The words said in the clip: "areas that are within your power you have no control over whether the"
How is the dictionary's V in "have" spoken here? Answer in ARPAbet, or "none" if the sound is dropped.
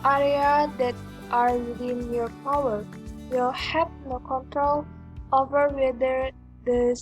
P